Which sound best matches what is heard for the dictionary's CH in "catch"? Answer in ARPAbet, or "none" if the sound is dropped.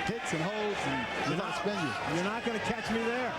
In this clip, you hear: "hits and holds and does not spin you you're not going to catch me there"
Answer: CH